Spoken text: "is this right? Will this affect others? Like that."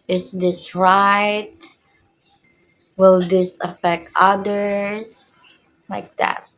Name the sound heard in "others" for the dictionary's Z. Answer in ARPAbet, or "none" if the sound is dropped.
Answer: S